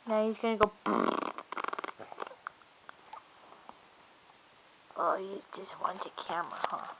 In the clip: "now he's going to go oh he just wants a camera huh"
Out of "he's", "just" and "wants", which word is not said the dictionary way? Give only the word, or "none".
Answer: wants